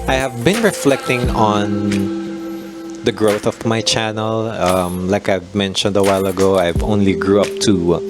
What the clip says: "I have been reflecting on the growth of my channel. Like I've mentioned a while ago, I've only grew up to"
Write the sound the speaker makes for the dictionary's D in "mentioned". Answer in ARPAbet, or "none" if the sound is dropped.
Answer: D